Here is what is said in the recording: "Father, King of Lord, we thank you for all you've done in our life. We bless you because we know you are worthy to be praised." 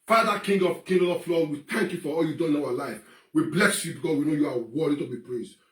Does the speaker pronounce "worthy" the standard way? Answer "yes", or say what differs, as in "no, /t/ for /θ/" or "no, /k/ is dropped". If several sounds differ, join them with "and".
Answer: no, /ð/ is dropped